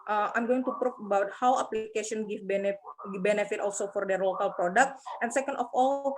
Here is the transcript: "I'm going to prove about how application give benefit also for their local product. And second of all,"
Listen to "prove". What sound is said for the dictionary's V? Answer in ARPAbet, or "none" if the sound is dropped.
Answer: F